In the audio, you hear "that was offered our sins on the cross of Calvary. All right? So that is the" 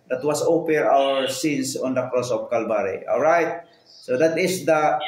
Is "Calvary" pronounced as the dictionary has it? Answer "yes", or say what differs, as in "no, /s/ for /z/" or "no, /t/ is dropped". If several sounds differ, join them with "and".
no, /b/ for /v/